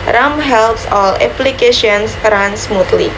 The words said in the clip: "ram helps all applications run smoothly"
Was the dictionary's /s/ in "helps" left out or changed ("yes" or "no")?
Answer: no